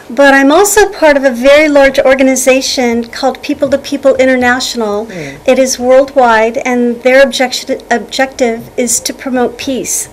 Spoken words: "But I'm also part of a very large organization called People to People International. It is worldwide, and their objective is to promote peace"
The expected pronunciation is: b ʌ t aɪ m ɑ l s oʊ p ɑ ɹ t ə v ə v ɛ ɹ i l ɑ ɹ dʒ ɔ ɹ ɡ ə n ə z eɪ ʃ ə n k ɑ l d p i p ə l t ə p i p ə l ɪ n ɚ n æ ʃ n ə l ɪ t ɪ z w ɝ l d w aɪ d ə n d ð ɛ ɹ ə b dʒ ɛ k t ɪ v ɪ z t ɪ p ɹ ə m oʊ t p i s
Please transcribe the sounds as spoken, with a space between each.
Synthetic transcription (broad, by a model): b ʌ t aɪ m ɑ l s oʊ p ɑ ɹ t ə v ə v ɛ ɹ i l ɑ ɹ dʒ ɔ ɹ ɡ ə n ə z eɪ ʃ ə n k ɑ l d p i p l t ə p i p l ɪ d ɚ n æ ʃ n l ɪ t ɪ z w ɝ l d w aɪ d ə n ð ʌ ɹ ə b dʒ ɛ k t ɪ v ɪ z t ɪ p ɹ ə m oʊ t p i s